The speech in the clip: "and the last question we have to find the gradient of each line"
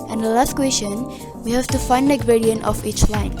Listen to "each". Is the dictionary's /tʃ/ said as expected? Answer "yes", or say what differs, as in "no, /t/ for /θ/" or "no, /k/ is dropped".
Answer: yes